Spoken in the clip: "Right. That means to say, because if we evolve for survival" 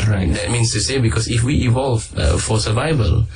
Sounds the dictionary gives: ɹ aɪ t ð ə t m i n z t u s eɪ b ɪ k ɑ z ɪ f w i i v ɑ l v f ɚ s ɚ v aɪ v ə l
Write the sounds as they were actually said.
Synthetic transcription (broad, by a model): ɹ aɪ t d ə t m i n s t u s eɪ b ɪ k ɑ s ɪ f w i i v ɑ l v f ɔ s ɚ v aɪ v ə l